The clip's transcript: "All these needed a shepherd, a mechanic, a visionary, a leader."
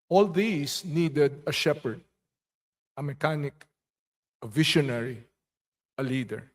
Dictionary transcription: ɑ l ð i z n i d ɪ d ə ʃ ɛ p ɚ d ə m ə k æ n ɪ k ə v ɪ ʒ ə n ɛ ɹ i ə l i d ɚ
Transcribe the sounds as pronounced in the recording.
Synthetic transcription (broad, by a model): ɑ l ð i s n i d ɪ d ə ʃ ɛ p ɚ d ə m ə k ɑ n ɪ k ə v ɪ ʃ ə n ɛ ɹ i ə l i d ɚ